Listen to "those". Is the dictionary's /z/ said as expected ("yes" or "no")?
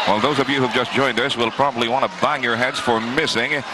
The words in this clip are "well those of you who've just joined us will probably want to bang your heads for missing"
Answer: yes